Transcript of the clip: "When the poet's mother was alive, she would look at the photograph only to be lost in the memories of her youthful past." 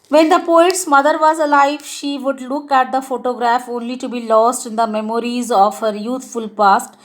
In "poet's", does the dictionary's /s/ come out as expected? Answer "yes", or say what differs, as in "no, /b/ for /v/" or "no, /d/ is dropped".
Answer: yes